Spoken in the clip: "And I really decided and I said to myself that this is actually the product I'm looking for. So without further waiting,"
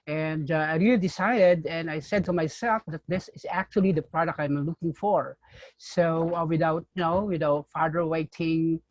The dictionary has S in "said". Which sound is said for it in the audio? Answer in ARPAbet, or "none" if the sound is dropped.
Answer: S